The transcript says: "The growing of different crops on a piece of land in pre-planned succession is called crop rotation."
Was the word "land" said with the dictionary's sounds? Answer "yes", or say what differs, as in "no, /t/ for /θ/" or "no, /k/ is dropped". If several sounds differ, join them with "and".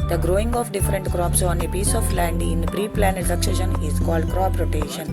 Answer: yes